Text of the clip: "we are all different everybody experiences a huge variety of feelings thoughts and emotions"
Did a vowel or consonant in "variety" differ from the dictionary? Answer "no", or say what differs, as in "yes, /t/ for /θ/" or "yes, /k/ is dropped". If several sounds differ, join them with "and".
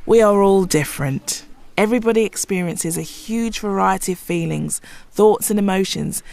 no